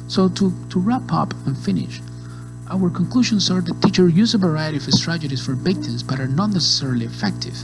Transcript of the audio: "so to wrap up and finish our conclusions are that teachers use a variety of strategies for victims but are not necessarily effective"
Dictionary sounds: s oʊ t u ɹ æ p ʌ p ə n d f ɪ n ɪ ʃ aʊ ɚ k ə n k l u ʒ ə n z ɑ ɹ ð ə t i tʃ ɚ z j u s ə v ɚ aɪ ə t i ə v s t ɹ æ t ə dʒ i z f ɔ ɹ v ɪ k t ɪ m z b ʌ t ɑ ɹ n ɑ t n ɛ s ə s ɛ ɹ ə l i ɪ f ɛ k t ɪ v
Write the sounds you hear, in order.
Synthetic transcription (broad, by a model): s oʊ t u ɹ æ p ʌ p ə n f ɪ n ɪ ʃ aʊ ɚ k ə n k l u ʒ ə n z ɑ ɹ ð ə t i tʃ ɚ j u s ə v ɚ aɪ ə t i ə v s t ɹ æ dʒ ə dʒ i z f ɔ ɹ b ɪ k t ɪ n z b ʌ t ɑ ɹ n ɑ t n ɛ s ə s ɛ ɹ ə l i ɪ f ɛ k t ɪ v